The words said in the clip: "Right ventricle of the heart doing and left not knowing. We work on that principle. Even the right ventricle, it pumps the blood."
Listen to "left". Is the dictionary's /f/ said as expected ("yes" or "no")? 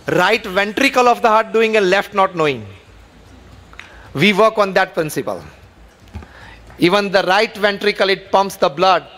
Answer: yes